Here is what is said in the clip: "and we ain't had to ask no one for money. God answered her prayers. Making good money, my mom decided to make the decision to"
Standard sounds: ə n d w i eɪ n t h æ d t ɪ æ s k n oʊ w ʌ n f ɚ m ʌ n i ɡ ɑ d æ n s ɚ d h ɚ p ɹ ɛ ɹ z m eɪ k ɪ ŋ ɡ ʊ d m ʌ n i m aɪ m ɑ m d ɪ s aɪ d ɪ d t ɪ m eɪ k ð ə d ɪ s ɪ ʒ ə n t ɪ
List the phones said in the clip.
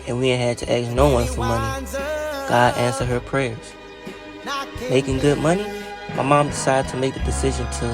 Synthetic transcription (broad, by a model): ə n w i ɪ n h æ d t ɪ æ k n oʊ w ʌ n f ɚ m ʌ n i ɡ ɑ d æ n s ɚ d h ɚ p ɹ ɛ ɹ z m eɪ k ɪ ŋ ɡ ʊ d m ʌ n i m aɪ m ɑ m d ɪ s aɪ d ɪ d t ɪ m eɪ k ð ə d ɪ s ɪ ʒ ə n t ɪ